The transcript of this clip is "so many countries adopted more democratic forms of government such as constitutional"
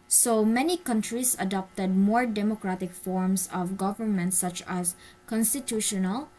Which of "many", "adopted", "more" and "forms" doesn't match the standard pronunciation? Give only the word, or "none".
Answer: forms